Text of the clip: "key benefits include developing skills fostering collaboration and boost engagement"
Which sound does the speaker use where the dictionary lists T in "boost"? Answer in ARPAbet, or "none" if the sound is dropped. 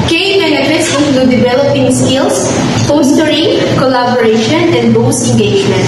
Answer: none